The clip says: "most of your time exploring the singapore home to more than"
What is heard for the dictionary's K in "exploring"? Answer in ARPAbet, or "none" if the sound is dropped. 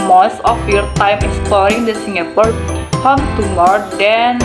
none